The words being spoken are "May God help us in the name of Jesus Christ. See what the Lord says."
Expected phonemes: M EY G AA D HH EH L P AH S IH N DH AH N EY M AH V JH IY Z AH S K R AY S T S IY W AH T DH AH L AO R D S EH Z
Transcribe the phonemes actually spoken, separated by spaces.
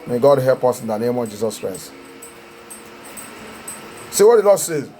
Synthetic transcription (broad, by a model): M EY G AA D HH EH L P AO S IH N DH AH N EY M AH V JH IY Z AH S K R AY S T S IY W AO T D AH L AO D S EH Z